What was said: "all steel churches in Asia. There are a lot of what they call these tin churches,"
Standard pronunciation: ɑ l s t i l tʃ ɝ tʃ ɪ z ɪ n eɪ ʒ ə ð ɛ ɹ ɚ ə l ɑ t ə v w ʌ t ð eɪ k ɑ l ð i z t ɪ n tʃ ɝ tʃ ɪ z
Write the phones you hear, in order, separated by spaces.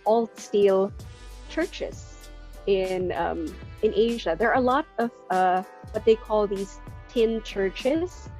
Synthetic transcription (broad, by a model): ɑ l s t i l tʃ ɝ tʃ ɪ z ɪ n eɪ ʒ ə ð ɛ ɹ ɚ ə l ɑ t ə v w ʌ t ð eɪ k ɑ l ð i z t ɪ n tʃ ɝ tʃ ɪ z